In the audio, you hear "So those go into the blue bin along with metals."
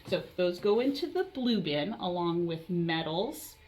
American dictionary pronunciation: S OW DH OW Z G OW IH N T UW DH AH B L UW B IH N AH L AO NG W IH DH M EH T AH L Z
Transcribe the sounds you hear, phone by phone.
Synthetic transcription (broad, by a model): S OW DH OW Z G OW IH N T UW DH AH B L UW B IH N AH L AO NG W IH DH M EH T L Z